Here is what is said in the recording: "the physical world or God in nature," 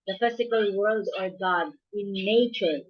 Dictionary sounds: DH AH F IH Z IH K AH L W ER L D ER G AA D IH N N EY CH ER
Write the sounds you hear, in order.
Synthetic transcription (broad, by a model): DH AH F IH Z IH K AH L W ER L D ER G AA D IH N N EY CH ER